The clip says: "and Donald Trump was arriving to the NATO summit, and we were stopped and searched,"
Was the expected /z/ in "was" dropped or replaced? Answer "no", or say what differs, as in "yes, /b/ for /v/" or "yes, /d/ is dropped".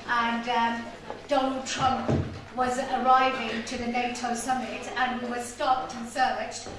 no